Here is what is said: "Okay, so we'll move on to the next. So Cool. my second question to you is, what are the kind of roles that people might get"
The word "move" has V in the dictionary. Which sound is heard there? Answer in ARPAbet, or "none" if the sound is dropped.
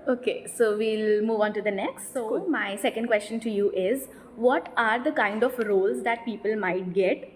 V